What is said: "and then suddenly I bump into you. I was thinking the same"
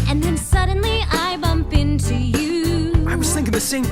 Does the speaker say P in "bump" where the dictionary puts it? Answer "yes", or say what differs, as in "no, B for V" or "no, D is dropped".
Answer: yes